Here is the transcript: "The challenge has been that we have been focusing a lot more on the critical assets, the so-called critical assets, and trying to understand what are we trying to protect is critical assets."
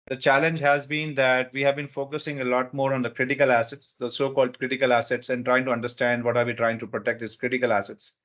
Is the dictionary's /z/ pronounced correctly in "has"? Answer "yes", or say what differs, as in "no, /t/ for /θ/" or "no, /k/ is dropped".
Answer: yes